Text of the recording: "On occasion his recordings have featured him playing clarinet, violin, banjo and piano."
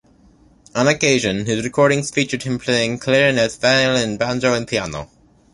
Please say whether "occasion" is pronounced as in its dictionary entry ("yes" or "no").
yes